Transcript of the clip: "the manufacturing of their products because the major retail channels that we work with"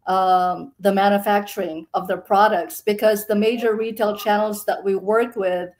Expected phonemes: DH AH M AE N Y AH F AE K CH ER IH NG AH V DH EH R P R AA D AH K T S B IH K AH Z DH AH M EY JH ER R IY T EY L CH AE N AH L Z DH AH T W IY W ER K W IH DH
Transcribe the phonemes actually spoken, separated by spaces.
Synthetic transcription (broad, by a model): DH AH M AE N Y AH F AE K CH ER IH NG AH V DH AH R P R AA D AH K T S B IH K AH Z DH AH M EY JH ER R IY T EY L CH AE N L Z DH AH T W IY W ER K W IH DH